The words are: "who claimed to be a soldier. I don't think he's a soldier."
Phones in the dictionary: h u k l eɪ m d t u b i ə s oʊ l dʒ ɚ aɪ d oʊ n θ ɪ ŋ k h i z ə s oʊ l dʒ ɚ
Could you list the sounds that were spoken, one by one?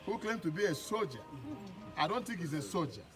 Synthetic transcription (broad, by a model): h u k l eɪ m t u b i ə s oʊ dʒ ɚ aɪ d oʊ n t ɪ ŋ k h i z ə s oʊ dʒ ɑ